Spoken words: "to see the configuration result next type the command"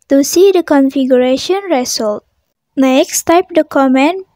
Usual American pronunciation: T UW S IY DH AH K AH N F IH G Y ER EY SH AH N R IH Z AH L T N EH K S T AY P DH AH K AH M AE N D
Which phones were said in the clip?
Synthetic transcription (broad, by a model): T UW S IY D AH K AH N F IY G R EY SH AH N R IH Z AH L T N EH K S T AY P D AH K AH M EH N